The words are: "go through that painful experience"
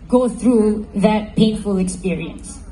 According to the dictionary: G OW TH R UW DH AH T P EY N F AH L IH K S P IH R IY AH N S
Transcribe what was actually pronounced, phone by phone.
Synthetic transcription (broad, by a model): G OW TH R UW DH AH T P EY N F AH L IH K S P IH R IY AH N S